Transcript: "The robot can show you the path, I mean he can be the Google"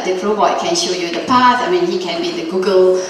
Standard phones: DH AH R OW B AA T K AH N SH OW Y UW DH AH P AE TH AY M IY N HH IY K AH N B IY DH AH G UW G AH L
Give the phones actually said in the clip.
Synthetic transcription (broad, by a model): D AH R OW AA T K AH N SH OW Y UW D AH P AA S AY M IY N HH IY K AH N B IY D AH G UW G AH L